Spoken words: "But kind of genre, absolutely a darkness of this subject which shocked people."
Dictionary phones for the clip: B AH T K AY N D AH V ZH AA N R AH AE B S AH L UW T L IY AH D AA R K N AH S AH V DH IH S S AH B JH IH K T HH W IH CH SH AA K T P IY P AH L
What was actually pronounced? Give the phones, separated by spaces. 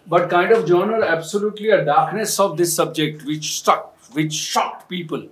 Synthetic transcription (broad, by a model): B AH T K AY N D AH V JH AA N AH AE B S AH L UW T L IY AH D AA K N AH S AH V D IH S S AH B JH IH K T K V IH CH SH AA K T P IY P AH L